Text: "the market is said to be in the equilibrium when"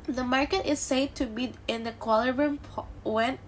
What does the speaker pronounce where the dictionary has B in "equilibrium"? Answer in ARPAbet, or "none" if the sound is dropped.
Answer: none